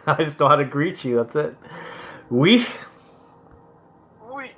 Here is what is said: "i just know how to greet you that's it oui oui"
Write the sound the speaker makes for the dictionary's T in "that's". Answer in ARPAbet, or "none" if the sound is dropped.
T